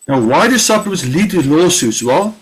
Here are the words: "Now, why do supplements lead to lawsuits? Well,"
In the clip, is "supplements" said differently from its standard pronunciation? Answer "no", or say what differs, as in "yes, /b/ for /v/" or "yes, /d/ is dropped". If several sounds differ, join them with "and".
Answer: yes, /l/ is dropped